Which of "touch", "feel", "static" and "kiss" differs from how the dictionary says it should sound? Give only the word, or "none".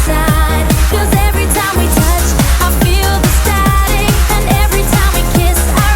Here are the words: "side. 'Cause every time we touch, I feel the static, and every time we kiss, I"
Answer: static